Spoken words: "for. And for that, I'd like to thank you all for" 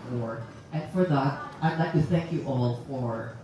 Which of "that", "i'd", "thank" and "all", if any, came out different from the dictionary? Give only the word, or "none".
none